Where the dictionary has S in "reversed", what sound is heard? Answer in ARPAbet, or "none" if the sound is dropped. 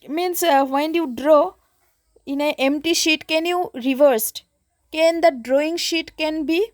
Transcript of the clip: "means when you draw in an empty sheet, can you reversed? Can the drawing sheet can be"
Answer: S